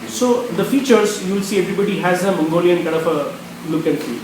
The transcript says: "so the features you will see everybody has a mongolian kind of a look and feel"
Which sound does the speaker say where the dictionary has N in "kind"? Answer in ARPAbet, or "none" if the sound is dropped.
none